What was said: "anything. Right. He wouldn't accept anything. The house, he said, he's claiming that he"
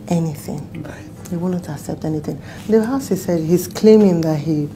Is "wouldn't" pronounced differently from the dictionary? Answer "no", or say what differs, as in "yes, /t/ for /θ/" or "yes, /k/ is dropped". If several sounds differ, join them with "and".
yes, /n/ is dropped